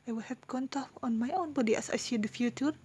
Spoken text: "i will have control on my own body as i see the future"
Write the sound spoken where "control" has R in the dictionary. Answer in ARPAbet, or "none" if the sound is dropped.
none